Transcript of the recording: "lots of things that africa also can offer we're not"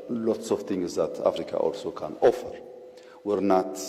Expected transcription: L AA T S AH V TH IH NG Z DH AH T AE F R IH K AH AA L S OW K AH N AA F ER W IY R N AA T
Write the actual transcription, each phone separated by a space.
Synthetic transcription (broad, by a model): L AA T S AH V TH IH NG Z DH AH T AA F R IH K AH AA L S OW K AH N AA F ER W IY R N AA T